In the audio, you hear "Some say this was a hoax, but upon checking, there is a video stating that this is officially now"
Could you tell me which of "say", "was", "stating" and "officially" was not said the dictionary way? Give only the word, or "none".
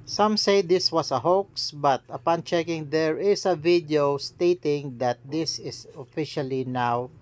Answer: was